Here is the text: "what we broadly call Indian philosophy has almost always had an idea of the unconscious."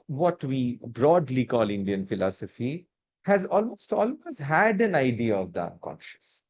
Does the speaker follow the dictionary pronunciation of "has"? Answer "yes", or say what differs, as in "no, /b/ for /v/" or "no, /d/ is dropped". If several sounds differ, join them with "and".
yes